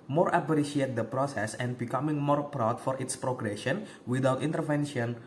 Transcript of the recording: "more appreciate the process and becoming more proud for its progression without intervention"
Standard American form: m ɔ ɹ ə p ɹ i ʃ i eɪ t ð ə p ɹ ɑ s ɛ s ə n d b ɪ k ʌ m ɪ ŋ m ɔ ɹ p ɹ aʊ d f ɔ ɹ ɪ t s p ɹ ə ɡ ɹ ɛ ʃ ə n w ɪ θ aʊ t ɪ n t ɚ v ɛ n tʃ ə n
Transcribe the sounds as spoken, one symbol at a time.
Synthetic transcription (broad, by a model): m ɔ ɹ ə b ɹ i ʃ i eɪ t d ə p ɹ ɑ s ɛ s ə n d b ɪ k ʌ m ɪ ŋ m ɔ ɹ p ɹ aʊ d f ɔ ɹ ɪ t s p ɹ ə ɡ ɹ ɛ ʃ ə n w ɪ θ aʊ t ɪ n t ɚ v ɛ n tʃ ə n